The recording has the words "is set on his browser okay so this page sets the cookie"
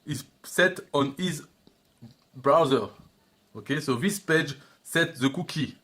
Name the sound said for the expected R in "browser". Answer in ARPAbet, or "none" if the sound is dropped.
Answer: R